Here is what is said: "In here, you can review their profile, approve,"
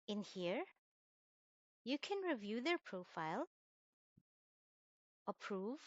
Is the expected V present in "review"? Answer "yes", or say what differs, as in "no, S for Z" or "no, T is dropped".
yes